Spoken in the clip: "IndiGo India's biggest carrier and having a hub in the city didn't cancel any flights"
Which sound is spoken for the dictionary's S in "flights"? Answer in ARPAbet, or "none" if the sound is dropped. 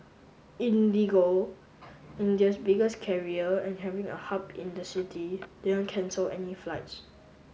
S